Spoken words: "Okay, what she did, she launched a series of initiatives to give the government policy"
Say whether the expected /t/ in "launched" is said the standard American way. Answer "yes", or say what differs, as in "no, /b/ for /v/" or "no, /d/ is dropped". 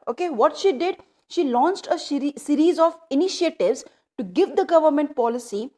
yes